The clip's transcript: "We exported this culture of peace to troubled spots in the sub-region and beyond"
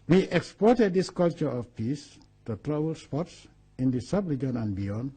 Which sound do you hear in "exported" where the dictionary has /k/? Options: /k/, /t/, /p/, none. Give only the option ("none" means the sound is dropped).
/k/